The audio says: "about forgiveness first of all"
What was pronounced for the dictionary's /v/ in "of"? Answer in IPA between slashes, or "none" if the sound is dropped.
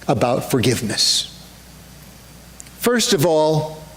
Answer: /v/